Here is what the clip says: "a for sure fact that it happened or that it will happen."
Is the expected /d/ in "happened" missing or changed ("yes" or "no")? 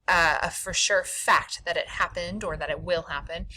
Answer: no